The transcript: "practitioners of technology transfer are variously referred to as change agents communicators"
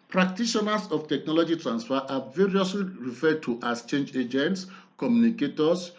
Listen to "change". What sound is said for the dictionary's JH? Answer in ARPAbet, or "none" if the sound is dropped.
JH